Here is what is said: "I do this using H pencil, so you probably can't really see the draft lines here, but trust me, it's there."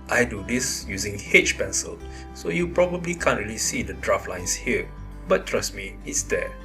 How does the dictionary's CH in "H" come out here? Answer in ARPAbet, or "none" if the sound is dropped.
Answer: CH